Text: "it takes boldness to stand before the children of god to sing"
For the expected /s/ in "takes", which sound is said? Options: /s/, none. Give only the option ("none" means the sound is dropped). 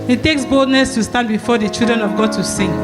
/s/